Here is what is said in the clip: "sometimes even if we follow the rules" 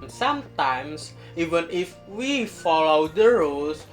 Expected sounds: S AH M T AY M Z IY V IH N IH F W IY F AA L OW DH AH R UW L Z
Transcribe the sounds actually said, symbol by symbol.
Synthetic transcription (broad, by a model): S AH M T AY M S IY V IH N IH F W IY F AA L OW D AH R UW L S